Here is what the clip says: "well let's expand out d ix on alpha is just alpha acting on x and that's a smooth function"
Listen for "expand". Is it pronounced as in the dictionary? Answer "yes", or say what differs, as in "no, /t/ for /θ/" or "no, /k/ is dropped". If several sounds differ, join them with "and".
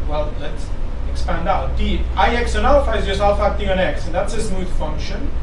yes